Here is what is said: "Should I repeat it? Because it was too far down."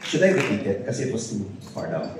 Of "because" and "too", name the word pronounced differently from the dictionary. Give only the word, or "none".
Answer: because